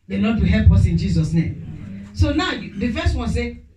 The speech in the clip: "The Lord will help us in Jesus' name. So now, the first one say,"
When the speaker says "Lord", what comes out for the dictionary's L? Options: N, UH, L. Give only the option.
N